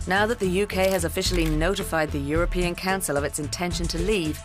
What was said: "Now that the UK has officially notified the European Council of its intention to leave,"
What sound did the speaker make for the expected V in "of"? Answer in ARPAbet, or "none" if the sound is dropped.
V